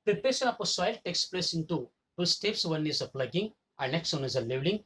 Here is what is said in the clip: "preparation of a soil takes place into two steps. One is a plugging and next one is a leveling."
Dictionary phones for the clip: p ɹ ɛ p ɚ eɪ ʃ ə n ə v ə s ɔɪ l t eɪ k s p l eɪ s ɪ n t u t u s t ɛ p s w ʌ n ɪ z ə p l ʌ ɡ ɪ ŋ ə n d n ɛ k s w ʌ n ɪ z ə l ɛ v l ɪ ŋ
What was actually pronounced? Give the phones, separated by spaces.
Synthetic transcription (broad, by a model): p ɹ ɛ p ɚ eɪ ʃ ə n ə p ə s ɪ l t eɪ k s p l eɪ s ɪ n t u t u s t ɛ p s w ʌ n ɪ z ə p l ʌ ɡ ɪ ŋ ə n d n ɛ k s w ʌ n ɪ z ə l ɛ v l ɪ ŋ